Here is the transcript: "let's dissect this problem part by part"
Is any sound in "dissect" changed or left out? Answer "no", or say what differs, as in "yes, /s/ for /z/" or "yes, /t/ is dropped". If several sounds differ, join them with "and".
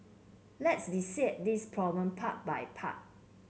yes, /k/ is dropped